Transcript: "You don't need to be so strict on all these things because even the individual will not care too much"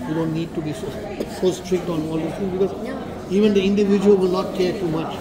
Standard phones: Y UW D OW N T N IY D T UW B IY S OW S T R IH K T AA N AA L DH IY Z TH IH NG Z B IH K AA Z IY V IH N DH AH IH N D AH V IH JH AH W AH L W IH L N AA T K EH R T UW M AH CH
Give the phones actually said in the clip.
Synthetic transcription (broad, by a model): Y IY D OW N T N IY D T UW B IY S OW S T R IH K T AA N AA L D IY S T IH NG B IH K AA Z IY V IH N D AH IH N D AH V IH JH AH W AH L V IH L N AA T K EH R T UW M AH CH